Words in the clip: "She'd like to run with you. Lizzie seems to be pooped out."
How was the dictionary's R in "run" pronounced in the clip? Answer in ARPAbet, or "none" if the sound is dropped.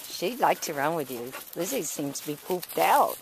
R